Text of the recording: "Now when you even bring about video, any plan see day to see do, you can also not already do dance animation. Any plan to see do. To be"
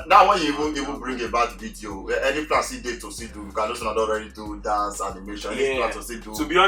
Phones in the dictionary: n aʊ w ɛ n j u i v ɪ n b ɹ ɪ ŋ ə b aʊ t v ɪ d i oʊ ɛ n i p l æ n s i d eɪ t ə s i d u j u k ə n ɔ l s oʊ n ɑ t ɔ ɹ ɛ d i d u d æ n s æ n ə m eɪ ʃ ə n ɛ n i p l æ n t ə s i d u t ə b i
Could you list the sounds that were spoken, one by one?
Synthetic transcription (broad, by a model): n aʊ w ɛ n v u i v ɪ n b ɹ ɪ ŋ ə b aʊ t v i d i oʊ ɛ n i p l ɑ s i d eɪ t ə s i d u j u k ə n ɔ s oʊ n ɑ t ɔ ɹ ɛ d i d u d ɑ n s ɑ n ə m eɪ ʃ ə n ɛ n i t ə s i d u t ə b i